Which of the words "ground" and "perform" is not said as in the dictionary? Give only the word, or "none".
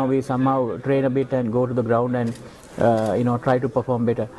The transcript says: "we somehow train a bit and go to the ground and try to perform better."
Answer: none